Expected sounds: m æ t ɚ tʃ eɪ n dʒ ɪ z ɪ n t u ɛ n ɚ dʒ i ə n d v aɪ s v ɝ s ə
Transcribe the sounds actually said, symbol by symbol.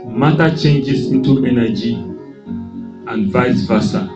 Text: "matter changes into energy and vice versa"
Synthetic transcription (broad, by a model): m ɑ t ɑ tʃ eɪ n dʒ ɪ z ɪ n t u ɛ n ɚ dʒ i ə n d v aɪ s v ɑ s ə